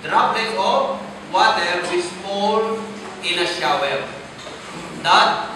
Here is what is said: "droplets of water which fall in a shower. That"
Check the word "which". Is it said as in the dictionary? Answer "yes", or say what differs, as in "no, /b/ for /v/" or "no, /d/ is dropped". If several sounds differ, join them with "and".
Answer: no, /s/ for /tʃ/